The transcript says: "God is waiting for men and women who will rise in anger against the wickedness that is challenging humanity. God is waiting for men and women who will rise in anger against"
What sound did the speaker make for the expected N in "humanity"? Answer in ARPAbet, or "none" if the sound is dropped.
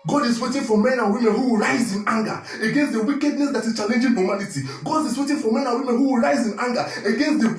L